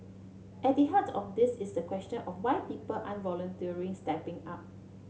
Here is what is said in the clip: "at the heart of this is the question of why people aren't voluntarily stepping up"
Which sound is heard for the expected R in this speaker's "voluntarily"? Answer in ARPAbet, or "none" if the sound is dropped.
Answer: none